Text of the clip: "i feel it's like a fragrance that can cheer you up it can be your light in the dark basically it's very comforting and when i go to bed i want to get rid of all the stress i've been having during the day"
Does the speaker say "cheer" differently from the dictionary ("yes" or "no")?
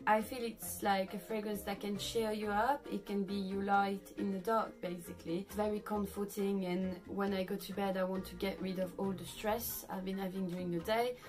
yes